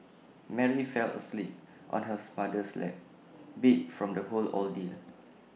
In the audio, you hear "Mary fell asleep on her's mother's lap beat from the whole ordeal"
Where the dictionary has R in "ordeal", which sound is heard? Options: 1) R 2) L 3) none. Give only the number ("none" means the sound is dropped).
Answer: 2